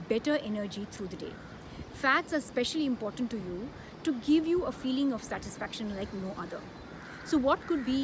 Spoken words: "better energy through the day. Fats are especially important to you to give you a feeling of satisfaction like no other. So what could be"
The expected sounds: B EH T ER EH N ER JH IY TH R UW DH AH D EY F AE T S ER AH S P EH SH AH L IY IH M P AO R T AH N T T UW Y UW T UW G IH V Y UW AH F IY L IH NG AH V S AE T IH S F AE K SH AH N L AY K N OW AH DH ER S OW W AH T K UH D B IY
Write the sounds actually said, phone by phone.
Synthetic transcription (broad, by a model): B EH T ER EH N ER JH IY T R UW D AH D EY F AE T S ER AH S P EH SH AH L IY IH M P AO R T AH N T T UW Y UW T UW G IH V Y UW AH F IY L IH NG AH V S AE T IH S F AE K SH AH N L AY K N OW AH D ER S OW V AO T K UH D B IY